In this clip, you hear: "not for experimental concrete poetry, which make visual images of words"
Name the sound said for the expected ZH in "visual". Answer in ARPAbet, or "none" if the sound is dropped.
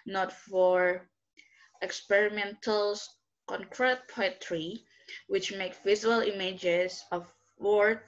Z